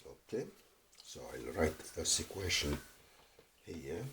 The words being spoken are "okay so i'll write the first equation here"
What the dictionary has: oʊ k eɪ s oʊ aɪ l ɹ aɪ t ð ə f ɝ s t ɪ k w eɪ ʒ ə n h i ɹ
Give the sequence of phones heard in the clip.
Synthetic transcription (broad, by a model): oʊ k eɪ s oʊ aɪ l ɹ aɪ t ð ə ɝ s ɪ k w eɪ ʃ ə n h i